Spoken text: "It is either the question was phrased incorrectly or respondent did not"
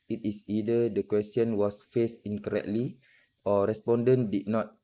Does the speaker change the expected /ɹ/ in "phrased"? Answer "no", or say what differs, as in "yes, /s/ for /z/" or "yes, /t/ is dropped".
yes, /ɹ/ is dropped